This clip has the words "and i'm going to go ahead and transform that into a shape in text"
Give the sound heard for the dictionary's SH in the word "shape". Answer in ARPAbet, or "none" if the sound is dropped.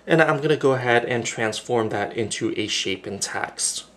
SH